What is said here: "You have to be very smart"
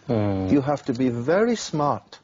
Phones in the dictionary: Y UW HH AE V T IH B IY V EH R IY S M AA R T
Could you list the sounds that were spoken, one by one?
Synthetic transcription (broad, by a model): Y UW HH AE F T IH B IY V EH R IY S M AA R T